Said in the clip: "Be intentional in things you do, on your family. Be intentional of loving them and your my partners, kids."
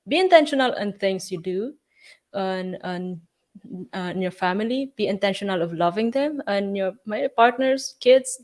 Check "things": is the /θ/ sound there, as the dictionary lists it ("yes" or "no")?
no